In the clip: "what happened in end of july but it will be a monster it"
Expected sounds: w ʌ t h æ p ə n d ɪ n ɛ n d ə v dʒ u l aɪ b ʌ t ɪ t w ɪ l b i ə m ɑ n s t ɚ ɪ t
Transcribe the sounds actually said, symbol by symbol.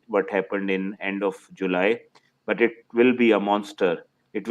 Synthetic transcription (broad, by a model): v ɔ t h æ p ə n d ɪ n ɛ n d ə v dʒ u l aɪ b ʌ t ɪ t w ɪ l b i ə m ɑ n s t ɚ ɪ t